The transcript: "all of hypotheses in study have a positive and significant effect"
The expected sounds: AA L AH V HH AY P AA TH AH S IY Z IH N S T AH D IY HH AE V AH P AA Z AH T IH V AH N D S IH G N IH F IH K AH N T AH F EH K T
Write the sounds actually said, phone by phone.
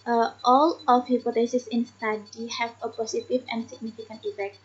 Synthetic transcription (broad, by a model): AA L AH F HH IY P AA T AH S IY S IH N S T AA D IY HH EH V AH P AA S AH T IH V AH N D S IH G N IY F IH K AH N T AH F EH K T